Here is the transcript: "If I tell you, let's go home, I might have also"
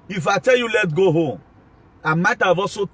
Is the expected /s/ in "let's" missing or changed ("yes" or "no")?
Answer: yes